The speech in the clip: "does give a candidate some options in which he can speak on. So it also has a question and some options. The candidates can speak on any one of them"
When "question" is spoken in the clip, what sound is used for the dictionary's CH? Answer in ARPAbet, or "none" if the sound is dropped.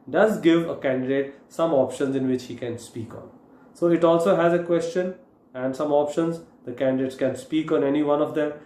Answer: CH